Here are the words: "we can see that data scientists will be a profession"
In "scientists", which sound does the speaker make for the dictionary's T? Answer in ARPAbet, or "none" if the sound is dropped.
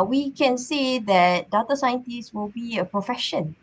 T